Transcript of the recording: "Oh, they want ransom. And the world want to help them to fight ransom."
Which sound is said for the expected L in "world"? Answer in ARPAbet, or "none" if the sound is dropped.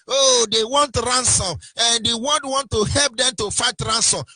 N